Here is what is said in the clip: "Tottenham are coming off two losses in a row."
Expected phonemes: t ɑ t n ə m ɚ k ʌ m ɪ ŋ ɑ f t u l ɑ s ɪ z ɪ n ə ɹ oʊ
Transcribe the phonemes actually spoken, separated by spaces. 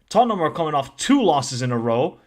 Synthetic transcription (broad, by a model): t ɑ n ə m ɚ k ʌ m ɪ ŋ ɑ f t u l ɑ s ɪ z ɪ n ə ɹ oʊ